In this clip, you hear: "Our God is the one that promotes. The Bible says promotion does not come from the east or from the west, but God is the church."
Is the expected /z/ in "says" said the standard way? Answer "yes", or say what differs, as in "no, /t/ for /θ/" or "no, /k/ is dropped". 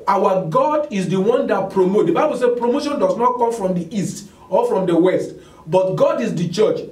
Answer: no, /z/ is dropped